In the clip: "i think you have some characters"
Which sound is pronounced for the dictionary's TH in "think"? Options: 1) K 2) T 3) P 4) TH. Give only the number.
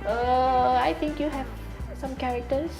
2